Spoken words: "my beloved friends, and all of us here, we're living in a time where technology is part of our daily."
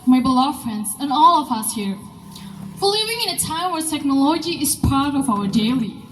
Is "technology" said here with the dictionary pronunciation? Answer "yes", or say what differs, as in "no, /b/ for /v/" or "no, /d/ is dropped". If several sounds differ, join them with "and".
yes